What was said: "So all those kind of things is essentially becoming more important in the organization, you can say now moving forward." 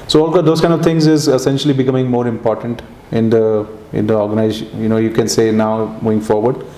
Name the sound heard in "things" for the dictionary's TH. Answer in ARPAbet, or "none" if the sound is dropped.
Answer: T